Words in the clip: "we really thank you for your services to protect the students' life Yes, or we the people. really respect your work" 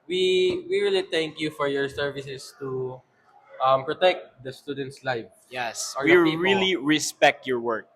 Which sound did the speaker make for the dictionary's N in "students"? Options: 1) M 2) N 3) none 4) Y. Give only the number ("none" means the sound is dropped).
2